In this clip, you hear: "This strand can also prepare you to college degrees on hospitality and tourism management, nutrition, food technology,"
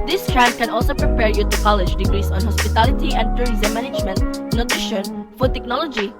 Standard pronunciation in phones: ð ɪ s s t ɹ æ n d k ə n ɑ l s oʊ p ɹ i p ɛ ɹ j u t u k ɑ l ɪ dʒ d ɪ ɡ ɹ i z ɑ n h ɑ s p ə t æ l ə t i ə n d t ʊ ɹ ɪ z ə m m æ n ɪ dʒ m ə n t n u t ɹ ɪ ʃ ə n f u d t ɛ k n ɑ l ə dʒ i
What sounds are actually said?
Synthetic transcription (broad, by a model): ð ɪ s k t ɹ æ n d k ə n ɑ l s oʊ p ɹ i p ɛ ɹ j u t u k ɑ l ɪ dʒ d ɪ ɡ ɹ i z ɑ n h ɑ s p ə t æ l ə t i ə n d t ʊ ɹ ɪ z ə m m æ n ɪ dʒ m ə n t n u t ɹ ɪ ʃ ə n f u d t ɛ k n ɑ l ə dʒ i